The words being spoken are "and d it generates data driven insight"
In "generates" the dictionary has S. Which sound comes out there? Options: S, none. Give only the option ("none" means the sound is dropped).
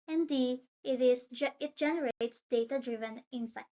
S